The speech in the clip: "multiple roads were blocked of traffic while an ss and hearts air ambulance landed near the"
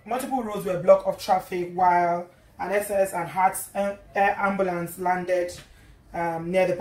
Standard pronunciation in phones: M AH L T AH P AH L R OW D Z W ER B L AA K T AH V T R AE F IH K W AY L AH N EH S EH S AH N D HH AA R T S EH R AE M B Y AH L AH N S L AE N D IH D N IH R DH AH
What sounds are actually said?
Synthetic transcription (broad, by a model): M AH L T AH P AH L R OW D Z W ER B L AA K AH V T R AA F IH K W AY L AH N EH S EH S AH N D HH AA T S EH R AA M B Y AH L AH N S L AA N D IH D N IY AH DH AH